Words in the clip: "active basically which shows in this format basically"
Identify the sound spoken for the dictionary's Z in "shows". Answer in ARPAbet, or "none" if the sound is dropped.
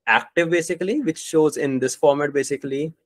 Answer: Z